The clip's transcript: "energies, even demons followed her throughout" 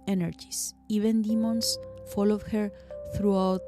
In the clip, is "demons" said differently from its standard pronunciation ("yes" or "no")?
yes